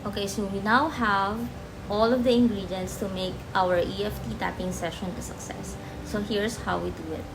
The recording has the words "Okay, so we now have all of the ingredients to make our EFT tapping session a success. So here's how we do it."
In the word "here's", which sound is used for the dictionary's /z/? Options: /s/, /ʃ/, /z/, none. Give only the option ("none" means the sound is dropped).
/s/